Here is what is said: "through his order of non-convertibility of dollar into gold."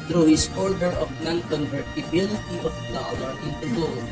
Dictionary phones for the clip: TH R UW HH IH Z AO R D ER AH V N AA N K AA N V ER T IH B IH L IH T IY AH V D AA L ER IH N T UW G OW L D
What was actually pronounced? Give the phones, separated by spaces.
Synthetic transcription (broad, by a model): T R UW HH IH S AO R D ER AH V N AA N K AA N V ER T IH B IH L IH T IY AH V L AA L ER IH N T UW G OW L